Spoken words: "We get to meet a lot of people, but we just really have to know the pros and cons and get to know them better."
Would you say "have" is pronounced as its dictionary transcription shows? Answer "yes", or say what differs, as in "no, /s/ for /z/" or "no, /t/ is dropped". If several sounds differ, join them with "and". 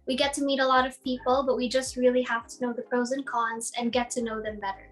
no, /f/ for /v/